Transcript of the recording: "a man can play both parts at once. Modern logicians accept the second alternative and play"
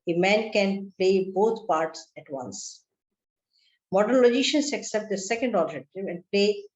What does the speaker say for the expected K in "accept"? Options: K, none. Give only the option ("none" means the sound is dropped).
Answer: K